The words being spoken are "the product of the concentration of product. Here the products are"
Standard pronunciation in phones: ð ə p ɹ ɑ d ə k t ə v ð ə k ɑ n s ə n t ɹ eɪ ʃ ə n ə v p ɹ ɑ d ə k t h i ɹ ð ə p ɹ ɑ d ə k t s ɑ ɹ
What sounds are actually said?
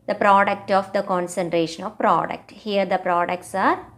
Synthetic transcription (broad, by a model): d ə p ɹ ɑ d ə k t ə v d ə k ɑ n s ə n t ɹ eɪ ʃ ə n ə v p ɹ ɑ d ə k t h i ɹ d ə p ɹ ɑ d ə k t s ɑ ɹ